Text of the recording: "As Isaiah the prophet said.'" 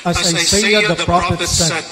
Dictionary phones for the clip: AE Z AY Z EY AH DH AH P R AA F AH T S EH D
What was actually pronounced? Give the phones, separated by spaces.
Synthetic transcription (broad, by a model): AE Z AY S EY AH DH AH P R AA F AH T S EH